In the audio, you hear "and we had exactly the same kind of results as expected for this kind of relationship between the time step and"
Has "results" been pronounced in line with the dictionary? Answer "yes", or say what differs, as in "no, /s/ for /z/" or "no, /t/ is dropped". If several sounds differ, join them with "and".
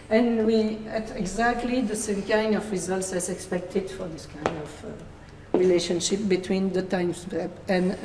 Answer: yes